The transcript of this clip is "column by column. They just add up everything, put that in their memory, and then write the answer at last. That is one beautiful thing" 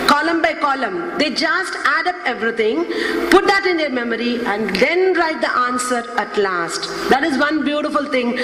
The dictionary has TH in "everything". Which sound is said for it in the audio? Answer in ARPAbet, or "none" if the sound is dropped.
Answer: T